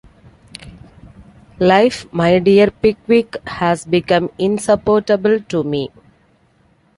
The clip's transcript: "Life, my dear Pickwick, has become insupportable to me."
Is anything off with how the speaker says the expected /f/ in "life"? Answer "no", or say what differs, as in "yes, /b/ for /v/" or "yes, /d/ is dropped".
no